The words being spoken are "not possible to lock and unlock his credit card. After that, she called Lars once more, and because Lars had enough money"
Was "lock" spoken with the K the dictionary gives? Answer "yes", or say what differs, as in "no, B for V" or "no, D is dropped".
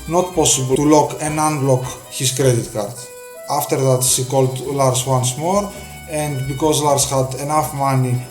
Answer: yes